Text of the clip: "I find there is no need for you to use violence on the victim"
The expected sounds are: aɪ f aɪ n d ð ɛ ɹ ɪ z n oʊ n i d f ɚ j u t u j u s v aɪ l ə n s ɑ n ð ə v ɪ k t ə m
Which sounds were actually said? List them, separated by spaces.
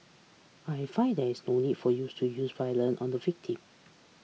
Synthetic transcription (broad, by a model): aɪ f aɪ n d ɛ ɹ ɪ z n oʊ n i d f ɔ j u t u j u s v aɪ l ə n ɑ n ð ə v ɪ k t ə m